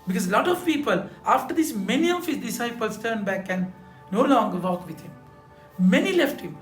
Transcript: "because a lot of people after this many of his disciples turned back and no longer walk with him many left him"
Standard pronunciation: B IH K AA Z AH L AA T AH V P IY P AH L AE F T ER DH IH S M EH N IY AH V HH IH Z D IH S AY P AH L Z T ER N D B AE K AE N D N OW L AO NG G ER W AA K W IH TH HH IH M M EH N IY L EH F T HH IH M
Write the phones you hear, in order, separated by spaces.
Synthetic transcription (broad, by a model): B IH K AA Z L AA T AH V P IY P AH L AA F T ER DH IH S M EH N IY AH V HH IH Z D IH S AY P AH L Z T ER N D B AE K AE N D N OW L AO NG G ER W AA K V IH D HH IH M M EH N IY L EH F T HH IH M